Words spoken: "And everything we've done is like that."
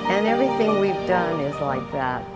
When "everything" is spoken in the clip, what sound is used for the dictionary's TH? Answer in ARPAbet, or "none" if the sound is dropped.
TH